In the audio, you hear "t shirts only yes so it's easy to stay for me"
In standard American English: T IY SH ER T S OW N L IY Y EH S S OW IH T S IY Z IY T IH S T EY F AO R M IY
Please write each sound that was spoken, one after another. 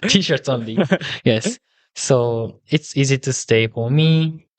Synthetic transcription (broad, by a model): T IY SH ER T S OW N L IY Y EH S S OW IH T S IY Z IY T IH S T EY F AO R M IY